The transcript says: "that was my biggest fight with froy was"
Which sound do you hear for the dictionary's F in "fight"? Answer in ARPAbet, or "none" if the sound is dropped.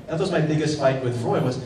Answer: P